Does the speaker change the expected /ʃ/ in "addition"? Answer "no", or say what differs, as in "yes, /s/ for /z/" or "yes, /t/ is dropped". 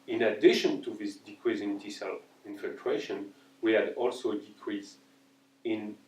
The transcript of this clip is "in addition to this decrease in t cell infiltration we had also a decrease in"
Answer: no